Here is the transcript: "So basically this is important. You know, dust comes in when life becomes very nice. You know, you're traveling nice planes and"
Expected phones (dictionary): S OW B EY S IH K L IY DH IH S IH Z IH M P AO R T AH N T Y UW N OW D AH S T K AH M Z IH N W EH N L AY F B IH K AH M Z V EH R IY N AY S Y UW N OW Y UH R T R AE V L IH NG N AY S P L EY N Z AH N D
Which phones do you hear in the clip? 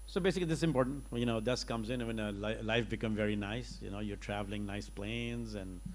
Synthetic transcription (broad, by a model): S OW B EY S IH K L IY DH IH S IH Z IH M P AO R T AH N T Y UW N OW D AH S K AH M Z IH N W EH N L AY F B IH K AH M V EH R IY N AY S Y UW N OW Y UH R T R AE V L IH NG N AY S P L EY N Z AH N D